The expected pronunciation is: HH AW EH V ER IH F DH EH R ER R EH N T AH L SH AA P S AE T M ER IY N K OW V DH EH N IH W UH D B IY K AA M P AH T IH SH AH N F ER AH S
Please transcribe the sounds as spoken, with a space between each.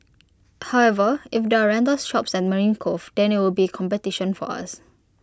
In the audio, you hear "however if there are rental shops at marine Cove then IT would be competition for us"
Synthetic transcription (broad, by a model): HH AW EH V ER IH F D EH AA R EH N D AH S SH AA P S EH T M ER IY N K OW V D EH N IH W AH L B IY K AA M P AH T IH SH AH N F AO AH S